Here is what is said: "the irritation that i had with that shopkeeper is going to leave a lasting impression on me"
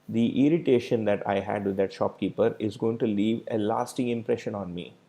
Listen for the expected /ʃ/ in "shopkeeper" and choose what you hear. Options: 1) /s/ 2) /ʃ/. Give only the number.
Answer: 2